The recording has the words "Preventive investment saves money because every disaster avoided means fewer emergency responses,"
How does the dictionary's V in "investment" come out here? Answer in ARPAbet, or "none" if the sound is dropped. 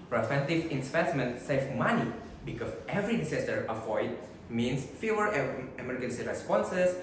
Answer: P